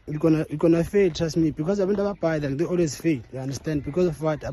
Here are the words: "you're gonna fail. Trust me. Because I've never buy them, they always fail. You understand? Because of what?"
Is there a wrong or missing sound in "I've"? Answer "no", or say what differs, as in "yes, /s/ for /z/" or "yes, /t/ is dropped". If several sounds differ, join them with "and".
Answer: yes, /w/ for /v/